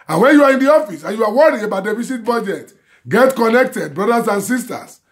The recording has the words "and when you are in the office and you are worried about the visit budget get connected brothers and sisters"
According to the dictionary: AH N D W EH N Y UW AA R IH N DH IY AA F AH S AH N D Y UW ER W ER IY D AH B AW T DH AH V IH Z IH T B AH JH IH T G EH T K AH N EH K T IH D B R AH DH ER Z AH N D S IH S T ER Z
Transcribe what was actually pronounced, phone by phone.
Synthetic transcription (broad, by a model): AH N W EH N Y UW AA R IH N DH IY AA F AH S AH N Y UW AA W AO IY AH B AW T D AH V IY S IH T B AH JH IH T G EH T K AH N EH K T IH D B R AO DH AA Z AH N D S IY S T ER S